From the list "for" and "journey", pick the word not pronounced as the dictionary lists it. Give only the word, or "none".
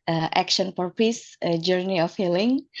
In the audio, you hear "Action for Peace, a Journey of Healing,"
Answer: for